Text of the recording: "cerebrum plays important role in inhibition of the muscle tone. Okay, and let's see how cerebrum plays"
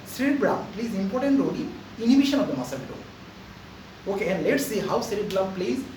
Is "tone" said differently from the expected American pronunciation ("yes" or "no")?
yes